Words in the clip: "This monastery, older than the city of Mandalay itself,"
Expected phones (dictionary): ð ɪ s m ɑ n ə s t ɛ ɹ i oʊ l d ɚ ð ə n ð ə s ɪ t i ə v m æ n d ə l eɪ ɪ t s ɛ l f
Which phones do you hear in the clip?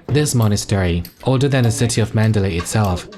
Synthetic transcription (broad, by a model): ð ɪ s m ɑ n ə s t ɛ ɹ i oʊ d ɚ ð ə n ð ə s ɪ t i ə v m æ n d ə l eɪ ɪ t s ɛ l f